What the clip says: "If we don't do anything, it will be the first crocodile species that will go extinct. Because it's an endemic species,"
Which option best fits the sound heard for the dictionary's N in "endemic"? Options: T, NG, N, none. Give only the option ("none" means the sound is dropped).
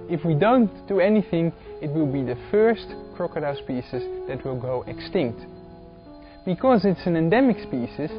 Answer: N